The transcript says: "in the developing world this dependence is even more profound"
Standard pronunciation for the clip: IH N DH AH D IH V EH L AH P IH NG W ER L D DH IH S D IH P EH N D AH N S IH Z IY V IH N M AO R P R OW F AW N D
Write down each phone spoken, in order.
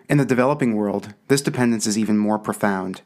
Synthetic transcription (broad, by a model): IH N DH AH D IH V EH L AH P IH NG W ER L D DH IH S D IH P EH N D AH N S IH Z IY V IH N M AO R P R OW F AW N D